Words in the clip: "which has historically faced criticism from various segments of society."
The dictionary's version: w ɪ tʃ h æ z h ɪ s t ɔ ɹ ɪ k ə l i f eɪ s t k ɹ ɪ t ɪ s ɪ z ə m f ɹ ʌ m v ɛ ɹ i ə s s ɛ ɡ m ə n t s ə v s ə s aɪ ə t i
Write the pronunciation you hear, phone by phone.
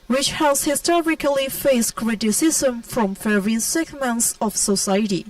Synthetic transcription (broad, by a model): w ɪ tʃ h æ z h ɪ s t ɔ ɹ ɪ k ə l i f eɪ s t k ɹ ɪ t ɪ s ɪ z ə m f ɹ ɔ m f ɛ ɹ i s s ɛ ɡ m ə n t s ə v s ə s aɪ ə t i